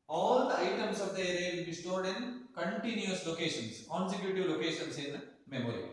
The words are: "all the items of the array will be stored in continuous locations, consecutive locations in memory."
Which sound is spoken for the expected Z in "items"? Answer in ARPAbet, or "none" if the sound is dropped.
S